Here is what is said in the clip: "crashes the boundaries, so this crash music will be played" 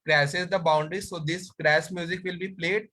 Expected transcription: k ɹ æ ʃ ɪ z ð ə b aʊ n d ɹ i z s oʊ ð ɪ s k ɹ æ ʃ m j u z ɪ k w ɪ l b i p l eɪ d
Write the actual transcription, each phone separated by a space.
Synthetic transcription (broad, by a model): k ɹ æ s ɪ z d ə b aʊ n d ɹ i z s oʊ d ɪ s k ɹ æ s m j u z ɪ k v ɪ l b i p l eɪ d